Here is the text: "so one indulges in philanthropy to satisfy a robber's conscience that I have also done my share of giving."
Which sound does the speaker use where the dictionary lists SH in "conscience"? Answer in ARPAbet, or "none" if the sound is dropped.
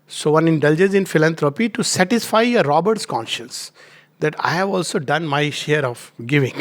SH